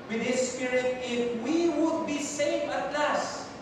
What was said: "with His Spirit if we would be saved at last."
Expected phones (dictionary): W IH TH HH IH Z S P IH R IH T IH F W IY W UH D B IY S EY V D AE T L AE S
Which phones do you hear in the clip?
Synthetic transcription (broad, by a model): W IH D HH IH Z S P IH R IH T IH F W IY W UH D B IY S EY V AA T L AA S